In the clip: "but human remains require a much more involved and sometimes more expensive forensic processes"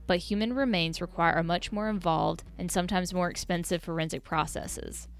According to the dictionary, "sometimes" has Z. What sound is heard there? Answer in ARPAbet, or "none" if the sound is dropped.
Z